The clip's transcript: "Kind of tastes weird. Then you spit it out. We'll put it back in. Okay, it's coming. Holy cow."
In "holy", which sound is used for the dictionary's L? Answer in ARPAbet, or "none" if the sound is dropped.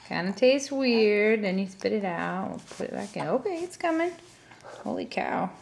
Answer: L